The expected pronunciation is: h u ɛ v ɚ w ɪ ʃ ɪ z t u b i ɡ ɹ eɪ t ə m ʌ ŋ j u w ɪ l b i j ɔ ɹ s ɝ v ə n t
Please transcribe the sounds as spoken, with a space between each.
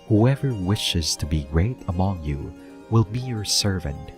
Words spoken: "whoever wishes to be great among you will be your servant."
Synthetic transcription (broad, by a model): h u ɛ v ɚ w ɪ ʃ ɪ z t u b i ɡ ɹ eɪ t ə m ʌ ŋ j u w ɪ l b i j ɔ ɹ s ɝ v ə n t